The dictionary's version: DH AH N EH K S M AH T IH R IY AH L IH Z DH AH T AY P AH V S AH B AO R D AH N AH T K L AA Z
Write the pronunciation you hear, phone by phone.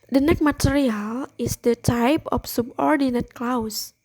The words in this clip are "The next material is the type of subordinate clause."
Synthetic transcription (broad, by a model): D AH N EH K M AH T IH R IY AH L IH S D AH T AY P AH F S AH B AO R D AH N AH T K L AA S